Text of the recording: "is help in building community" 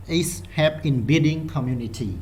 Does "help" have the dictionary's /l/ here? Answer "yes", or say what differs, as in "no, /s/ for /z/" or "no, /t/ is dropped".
no, /l/ is dropped